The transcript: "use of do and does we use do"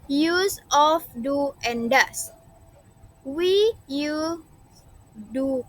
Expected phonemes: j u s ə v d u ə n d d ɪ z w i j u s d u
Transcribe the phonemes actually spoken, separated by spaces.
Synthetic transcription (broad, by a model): j u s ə f d u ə n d d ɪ s w i j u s d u